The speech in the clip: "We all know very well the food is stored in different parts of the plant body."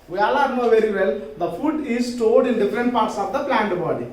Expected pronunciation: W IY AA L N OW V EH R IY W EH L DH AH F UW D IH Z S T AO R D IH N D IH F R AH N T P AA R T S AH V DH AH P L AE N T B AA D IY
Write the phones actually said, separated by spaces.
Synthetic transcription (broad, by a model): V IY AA L N OW V EH R IY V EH L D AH F UW D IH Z S T AO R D IH N D IH F R AH N T P AA R T S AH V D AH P L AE N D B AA D IY